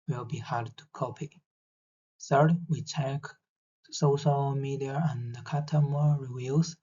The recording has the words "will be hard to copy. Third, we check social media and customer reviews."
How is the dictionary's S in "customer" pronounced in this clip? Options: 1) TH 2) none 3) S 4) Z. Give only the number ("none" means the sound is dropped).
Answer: 2